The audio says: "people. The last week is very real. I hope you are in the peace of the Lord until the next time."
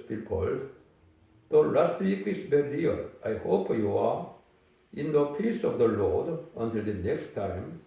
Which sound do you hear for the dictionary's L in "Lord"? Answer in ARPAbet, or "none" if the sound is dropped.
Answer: L